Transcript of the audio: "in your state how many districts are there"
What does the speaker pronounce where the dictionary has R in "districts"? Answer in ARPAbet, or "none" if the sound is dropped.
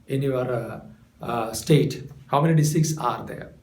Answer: none